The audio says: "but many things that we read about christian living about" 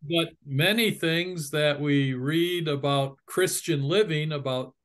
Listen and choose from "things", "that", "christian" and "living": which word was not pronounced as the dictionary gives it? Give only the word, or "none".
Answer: none